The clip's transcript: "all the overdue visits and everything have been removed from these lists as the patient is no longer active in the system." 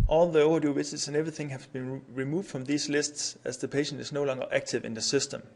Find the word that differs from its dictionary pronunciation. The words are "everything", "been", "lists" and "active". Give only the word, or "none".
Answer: none